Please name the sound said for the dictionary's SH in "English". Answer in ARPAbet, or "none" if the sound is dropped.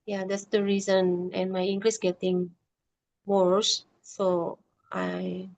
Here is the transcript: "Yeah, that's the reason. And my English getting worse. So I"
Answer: S